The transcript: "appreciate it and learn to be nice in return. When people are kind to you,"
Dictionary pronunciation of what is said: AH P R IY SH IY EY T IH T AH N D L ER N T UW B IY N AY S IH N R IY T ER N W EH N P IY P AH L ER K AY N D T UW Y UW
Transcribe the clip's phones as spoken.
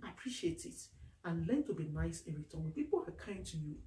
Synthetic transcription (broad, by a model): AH P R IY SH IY EY T IH T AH N L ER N T UW B IY N AY S IH N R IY T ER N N P IY P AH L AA K AY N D T UW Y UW